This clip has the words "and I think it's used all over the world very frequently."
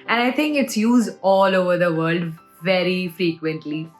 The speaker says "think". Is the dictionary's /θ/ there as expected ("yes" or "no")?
no